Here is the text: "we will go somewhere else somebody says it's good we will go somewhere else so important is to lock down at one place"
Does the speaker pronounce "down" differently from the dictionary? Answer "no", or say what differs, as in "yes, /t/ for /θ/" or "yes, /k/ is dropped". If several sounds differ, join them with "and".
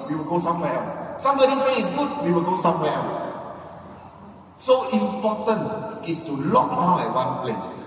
yes, /n/ is dropped